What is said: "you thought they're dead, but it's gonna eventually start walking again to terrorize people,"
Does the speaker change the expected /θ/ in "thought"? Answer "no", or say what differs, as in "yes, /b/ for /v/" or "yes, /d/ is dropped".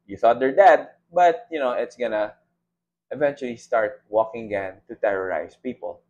no